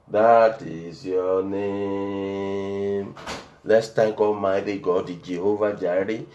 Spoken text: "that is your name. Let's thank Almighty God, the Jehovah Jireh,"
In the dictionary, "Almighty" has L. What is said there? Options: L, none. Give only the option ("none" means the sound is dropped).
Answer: none